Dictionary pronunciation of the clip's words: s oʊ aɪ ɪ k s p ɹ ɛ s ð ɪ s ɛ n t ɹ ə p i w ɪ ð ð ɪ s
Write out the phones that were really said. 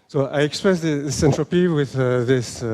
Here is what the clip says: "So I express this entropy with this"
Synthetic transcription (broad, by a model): s oʊ aɪ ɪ k s p ɹ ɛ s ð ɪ s ɛ n t ɹ ə p i w ɪ ð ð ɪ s